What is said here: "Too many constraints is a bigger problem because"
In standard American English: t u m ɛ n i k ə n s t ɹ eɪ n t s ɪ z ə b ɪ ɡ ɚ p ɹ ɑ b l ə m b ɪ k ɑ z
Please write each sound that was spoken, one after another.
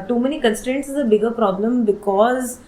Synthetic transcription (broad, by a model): t u m ɛ n i k ə n s t ɹ eɪ n t s ɪ z ə b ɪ ɡ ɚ p ɹ ɑ b l ə m b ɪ k ɑ z